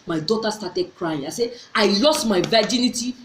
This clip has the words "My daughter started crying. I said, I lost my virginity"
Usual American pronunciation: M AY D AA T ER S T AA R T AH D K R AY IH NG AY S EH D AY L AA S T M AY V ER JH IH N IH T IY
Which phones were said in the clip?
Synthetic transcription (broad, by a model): M AY D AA T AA S T AA T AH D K R AY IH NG AY S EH AY L AA S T M AY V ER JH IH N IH T IY